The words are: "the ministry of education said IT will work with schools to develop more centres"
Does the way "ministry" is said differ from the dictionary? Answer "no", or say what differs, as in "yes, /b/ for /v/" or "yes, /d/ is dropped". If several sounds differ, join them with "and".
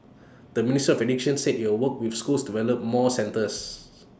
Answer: yes, /ɹ/ is dropped